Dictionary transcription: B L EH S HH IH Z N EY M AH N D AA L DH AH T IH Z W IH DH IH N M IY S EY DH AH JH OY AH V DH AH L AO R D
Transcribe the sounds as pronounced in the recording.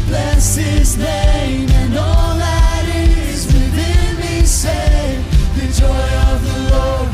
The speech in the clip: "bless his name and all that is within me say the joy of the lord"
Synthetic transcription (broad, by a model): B L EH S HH IH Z N EY M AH N AA L DH AH T IH Z W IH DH IH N M IY S EY DH AH JH OY AH V DH AH L AO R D